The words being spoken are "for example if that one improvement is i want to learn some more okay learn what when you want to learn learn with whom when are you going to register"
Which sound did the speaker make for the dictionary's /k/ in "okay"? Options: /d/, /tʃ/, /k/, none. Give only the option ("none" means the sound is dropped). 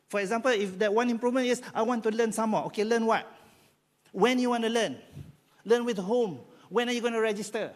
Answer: /k/